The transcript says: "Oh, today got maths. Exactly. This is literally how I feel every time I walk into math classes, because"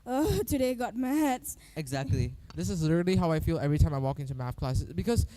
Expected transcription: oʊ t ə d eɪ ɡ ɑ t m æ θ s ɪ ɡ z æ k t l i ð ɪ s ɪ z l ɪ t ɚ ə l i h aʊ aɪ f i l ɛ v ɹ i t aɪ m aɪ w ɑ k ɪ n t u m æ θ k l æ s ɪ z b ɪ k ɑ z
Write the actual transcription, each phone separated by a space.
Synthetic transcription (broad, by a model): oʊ t ə d eɪ ɡ ɑ t m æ t s ɪ ɡ z æ k t l i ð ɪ s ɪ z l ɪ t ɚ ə l i h aʊ aɪ f i l ɛ v ɹ i t aɪ m aɪ w ɑ k ɪ n t u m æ f k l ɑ s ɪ b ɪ k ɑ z